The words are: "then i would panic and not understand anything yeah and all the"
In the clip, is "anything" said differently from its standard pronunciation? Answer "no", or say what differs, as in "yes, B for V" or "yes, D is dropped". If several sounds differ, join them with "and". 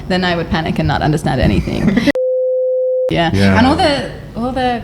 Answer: no